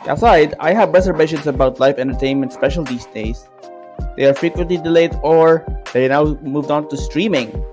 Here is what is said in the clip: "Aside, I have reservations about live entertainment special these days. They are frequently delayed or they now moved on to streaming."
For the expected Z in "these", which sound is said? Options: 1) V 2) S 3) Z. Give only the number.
2